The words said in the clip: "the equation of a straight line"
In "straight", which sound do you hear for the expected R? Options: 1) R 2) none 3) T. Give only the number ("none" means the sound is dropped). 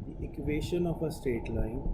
2